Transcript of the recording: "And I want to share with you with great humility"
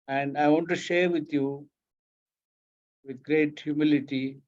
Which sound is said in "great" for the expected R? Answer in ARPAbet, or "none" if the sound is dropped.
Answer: R